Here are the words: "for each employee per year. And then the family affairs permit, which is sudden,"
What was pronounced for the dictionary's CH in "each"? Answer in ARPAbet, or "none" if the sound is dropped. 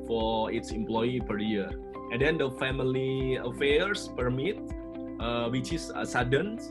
S